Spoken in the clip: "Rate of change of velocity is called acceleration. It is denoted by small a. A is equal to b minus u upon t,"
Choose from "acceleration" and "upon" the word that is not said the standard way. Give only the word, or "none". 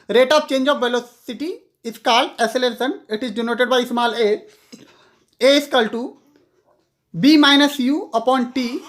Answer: acceleration